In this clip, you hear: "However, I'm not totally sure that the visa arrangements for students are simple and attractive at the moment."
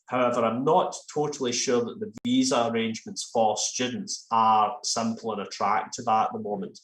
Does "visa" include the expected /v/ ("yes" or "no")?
yes